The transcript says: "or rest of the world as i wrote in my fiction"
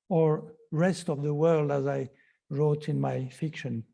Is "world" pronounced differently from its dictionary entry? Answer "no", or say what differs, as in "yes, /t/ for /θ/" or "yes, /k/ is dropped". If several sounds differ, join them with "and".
no